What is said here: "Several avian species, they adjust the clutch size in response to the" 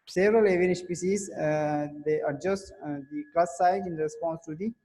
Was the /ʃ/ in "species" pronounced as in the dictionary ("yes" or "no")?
no